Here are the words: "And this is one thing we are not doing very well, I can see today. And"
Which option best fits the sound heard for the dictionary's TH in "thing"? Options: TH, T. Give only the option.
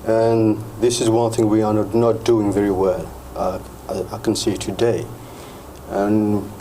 TH